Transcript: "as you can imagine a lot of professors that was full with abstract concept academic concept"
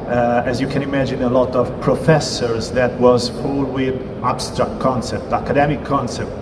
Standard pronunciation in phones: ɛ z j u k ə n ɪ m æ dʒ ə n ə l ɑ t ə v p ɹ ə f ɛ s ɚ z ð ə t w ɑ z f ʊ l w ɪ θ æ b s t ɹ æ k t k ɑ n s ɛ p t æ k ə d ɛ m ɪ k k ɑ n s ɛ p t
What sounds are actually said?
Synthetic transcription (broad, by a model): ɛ z j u k ə n ɪ m æ dʒ ə n ə l ɑ t ə v p ɹ ə f ɛ s ɚ z ð ə t w ɑ z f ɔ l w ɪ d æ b s t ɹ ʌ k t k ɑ n s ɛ p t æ k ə d ɛ m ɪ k k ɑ n s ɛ p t